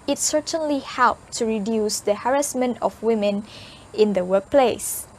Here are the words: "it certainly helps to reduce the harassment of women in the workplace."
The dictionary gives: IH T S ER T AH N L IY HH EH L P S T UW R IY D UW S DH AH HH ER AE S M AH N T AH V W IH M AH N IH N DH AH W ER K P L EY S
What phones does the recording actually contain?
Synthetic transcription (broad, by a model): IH T S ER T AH N L IY HH EH L P T UW R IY D UW S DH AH HH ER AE S M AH N T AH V W IH M AH N IH N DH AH W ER K P L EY S